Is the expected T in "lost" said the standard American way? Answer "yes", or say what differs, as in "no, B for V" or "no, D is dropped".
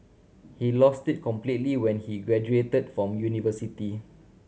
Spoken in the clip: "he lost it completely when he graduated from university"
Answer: yes